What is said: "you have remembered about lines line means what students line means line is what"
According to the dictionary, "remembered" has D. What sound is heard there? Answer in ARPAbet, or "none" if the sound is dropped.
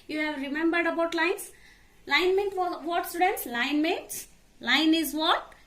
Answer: D